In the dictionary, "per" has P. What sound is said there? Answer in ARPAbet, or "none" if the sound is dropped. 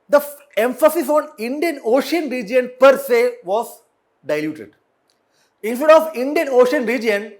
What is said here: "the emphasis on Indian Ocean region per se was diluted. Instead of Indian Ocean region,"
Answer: P